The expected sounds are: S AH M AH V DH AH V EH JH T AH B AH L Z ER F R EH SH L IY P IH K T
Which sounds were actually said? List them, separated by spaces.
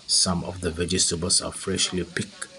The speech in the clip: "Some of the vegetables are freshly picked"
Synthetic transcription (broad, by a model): S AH M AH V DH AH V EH JH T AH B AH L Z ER F R EH SH L IY P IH K